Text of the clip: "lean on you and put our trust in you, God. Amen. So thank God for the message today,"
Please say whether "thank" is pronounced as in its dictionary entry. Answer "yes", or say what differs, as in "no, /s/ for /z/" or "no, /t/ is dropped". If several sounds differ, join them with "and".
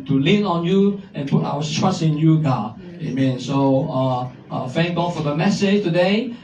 no, /f/ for /θ/